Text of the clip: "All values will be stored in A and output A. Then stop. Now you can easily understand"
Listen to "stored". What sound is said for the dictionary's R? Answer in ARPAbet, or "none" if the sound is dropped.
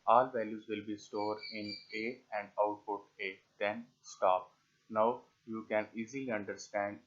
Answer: R